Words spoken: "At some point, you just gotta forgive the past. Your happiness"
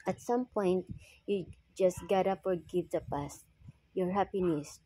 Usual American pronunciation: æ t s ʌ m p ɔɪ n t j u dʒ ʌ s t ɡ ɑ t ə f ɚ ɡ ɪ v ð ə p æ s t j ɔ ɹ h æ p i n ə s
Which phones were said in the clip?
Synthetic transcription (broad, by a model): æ t s ʌ m p ɔɪ n t j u dʒ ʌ s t ɡ ɑ t ə p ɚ ɡ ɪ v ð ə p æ s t j ɔ ɹ h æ p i n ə s